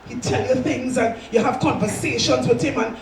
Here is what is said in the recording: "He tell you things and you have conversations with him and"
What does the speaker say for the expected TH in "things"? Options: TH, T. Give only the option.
TH